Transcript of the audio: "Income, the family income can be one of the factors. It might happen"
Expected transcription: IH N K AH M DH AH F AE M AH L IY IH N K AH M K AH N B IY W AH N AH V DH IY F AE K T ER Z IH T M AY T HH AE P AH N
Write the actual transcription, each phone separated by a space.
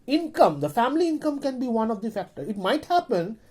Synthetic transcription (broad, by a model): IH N K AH M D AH F AE M AH L IY IH N K AH M K AH N B IY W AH N AH V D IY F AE K T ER IH T M AY T HH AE P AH N